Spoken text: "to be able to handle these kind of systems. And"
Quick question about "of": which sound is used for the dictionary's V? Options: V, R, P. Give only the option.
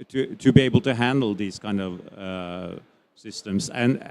V